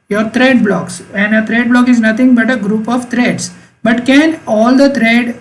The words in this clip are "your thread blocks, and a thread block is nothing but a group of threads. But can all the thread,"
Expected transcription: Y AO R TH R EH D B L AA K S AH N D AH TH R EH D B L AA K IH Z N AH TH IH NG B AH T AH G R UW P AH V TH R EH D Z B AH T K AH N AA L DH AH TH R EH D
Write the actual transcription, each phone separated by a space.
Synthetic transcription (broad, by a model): Y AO R T R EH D B L AA K S AH N D AH T R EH D B L AA K IH Z N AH T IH NG B AH T AH G R UW P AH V T R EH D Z B AH T K AH N AA L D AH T R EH D